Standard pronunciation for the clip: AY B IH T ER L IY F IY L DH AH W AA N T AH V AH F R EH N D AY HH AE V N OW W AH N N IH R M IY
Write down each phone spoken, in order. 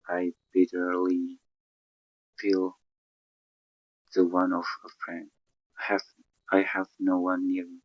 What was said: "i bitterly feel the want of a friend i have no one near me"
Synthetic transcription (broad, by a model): AY B IH T ER L IY F IY L DH AH W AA N AH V AH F R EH N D AY HH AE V N OW W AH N N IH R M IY